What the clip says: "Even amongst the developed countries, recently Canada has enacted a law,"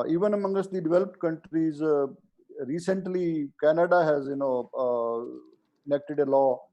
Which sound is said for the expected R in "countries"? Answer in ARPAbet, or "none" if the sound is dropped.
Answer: R